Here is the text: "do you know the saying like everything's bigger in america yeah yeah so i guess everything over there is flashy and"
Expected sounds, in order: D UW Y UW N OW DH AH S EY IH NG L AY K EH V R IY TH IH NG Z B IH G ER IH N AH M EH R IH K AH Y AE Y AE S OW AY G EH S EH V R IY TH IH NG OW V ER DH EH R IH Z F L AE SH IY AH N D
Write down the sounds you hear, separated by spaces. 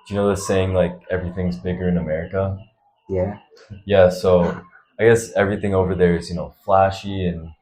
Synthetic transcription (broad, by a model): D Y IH N OW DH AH S EY IH NG L AY K EH V R IY TH IH NG Z B IH G ER IH N AH M EH R IH K AH Y AE Y AE S OW AY G EH S EH V R IY TH IH NG OW V ER DH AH R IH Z F L AE SH IY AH N